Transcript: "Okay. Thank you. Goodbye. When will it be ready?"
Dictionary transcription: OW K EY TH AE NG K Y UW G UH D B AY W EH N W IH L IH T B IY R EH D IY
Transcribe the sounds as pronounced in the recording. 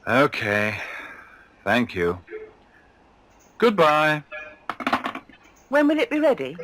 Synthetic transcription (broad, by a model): OW K EY TH AE NG K Y UW G UH D B AY W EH N W IH L IH T B IY R EH D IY